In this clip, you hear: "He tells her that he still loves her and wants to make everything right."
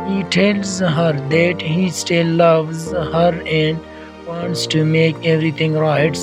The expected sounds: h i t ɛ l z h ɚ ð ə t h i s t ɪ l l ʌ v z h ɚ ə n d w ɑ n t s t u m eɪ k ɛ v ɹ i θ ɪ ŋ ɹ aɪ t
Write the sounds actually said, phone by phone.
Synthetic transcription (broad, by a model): h i t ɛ l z h ɚ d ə t h i s t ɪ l l ʌ v z h ɚ ə n d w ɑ n t s t u m eɪ k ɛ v ɹ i t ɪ ŋ ɹ aɪ t